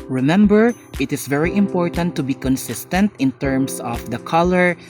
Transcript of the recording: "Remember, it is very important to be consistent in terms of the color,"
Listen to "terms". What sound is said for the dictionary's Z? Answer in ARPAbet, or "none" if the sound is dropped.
S